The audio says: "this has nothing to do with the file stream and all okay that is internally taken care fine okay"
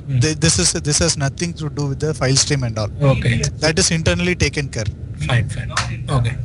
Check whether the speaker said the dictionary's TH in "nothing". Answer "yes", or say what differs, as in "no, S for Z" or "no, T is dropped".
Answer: no, T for TH